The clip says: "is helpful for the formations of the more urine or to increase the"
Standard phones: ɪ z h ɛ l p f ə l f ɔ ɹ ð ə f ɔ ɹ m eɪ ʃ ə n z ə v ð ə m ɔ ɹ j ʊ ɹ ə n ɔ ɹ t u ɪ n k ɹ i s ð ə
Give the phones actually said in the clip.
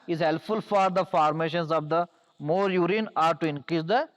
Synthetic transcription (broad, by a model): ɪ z h ɛ l p f ə l f ɔ ɹ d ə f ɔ ɹ m eɪ ʃ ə n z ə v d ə m ɔ ɹ j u ɹ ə n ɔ ɹ t u ɪ n k ɹ i s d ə